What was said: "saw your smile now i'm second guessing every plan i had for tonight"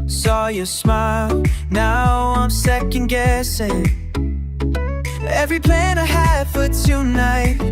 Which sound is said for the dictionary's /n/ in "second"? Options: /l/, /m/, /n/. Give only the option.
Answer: /n/